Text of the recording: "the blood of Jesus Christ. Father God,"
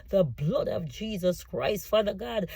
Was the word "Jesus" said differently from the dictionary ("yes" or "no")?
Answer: no